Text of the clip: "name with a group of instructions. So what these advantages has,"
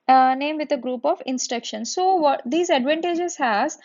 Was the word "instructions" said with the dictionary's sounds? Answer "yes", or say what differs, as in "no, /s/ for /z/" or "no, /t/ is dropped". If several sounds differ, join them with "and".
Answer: no, /ɹ/ is dropped